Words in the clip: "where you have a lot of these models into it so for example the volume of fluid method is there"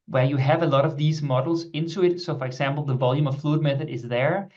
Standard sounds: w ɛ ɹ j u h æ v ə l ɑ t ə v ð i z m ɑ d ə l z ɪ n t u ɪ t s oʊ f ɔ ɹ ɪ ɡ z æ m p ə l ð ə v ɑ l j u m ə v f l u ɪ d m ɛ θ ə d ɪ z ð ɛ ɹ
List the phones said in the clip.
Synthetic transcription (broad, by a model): w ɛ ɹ j u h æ v ə l ɑ t ə v ð i z m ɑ d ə l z ɪ n t u ɪ t s oʊ f ɔ ɹ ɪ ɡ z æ m p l ð ə v ɑ l j u m ə v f l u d m ɛ θ ə d ɪ z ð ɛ ɹ